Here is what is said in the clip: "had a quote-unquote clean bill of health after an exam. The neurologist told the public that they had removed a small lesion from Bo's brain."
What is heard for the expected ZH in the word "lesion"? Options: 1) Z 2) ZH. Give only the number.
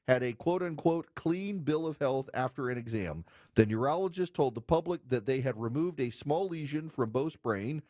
2